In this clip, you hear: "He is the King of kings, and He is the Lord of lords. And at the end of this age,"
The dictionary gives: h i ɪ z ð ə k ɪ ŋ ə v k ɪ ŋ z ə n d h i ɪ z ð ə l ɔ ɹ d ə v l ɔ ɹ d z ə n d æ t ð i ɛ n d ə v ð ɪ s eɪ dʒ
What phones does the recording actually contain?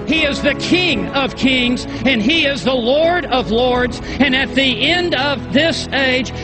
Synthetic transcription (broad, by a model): h i ɪ z ð ə k ɪ ŋ ə v k ɪ ŋ z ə n i ɪ z ð ə l ɔ ɹ d ə v l ɔ ɹ d z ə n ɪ t ð i ɛ n d ə v ð ɪ s eɪ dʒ